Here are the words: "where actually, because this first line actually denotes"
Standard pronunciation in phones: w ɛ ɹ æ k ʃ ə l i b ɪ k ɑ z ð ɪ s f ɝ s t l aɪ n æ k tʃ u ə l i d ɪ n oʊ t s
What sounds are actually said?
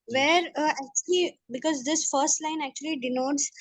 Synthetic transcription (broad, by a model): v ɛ ɹ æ k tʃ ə l i b ɪ k ɑ z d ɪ s f ɝ s t l aɪ n æ k tʃ u ə l i d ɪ n oʊ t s